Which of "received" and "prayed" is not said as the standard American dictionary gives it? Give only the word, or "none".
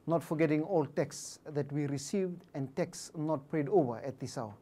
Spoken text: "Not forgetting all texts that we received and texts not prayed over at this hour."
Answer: none